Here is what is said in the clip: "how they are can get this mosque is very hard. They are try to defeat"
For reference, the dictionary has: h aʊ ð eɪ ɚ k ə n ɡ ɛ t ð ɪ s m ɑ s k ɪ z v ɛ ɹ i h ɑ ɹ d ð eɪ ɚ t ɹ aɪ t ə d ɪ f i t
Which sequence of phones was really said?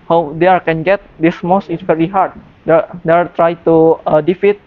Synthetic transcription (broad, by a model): h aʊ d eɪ ɚ k ə n ɡ ɛ t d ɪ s m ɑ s ɪ s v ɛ ɹ i h ɑ ɹ d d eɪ ɚ t ɹ aɪ t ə d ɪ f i t